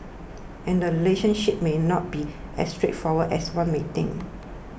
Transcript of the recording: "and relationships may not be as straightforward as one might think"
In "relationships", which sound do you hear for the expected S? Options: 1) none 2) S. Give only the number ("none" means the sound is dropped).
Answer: 1